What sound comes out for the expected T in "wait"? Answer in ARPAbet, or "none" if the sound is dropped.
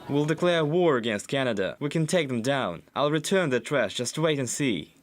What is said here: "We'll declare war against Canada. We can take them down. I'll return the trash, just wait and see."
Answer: T